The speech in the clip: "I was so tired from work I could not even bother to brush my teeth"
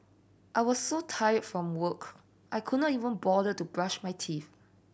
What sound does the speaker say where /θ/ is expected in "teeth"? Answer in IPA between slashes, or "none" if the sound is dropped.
/f/